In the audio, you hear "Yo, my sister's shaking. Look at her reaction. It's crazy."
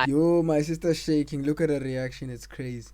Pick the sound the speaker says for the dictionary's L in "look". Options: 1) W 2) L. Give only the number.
2